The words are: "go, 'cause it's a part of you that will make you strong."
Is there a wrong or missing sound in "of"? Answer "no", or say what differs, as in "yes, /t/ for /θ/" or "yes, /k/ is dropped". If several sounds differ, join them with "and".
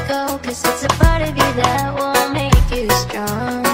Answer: no